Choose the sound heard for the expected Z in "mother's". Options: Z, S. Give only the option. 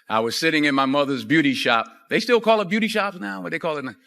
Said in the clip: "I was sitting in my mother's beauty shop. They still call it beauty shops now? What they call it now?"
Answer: Z